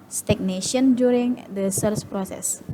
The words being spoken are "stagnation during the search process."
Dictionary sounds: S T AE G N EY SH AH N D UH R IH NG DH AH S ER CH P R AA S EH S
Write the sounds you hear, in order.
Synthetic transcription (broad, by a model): S T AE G N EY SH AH N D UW R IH NG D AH S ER S P R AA S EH S